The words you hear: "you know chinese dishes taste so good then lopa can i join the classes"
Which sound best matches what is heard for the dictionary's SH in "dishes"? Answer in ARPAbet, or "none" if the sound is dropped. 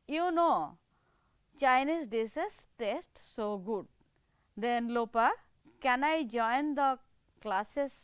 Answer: S